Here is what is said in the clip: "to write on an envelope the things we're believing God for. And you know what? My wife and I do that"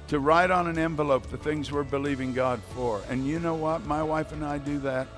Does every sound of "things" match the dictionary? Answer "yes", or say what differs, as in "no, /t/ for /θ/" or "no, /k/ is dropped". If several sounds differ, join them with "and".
yes